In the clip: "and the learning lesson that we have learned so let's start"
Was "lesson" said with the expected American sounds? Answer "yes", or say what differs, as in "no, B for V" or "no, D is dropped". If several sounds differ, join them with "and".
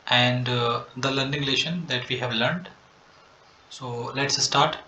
no, SH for S